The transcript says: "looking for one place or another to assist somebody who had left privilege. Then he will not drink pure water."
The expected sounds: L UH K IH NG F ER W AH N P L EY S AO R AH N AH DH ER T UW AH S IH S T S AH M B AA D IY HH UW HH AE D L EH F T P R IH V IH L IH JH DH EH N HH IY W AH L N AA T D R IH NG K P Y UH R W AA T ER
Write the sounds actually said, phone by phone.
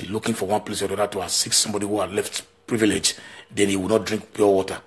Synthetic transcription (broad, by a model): L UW K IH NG F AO W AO N P L EY S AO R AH AO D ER T UW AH S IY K S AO M B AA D IY HH UW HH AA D L EH F T P R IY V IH L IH JH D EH N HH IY W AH N AA T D R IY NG K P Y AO W AA T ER